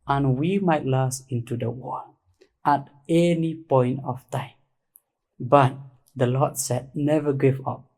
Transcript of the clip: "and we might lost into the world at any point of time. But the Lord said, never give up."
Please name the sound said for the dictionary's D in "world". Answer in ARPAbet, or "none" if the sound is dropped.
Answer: none